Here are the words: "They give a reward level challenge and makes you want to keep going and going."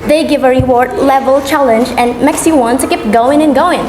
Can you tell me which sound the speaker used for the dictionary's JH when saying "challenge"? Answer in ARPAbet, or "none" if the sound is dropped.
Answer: JH